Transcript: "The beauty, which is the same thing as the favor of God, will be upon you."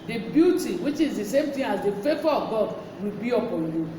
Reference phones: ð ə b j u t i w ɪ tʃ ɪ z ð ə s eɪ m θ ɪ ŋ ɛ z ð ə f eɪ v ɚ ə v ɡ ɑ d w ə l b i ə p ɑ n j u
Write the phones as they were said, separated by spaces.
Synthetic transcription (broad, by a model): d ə b j u t i w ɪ tʃ ɪ z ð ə s eɪ m t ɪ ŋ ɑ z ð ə f eɪ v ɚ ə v ɡ ɑ d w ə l b i ə p ɑ n j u